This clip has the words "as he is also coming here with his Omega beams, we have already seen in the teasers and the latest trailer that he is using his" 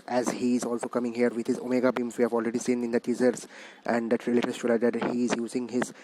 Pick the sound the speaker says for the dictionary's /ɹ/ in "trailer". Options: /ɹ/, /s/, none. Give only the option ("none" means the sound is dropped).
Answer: none